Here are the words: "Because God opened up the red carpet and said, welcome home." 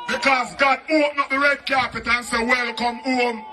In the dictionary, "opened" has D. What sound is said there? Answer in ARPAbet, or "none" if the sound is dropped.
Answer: none